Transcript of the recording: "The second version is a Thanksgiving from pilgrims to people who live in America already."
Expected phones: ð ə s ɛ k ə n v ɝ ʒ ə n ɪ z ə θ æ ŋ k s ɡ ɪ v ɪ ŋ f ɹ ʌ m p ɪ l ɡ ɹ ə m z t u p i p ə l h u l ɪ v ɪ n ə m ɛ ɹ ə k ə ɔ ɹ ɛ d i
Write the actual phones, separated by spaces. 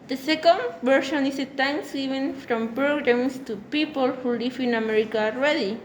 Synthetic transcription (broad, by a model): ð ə s ɛ k ə n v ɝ ʃ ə n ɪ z ə t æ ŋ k s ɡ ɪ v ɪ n f ɹ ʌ m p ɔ ɡ ɹ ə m s t u p i p ə l h u l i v ɪ n ə m ɛ ɹ ə k ə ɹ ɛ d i